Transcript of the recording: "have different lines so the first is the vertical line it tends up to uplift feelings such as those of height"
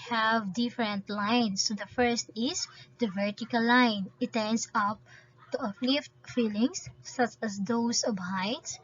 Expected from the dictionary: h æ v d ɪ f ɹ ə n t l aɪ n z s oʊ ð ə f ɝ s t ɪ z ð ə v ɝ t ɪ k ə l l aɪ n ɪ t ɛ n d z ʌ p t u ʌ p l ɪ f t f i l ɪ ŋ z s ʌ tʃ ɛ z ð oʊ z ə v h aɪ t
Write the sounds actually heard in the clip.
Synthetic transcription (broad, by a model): h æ v d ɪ f ɹ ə n t l aɪ n s oʊ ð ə f ɝ s t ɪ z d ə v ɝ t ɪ k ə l l aɪ n ɪ t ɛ n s ʌ p t u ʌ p l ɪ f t f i l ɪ ŋ s ʌ tʃ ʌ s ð oʊ s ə b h aɪ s